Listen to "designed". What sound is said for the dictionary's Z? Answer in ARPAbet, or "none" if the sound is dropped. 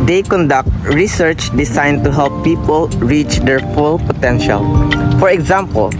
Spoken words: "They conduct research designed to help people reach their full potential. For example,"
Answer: S